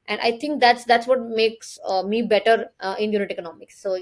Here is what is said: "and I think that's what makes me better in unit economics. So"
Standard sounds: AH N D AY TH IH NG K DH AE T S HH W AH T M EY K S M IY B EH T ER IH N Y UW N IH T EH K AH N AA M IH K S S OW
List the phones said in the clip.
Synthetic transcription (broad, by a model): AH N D AY T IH NG K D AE T S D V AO T M EY K S M IY B EH T ER IH N Y UW N IH T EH K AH N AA M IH K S S OW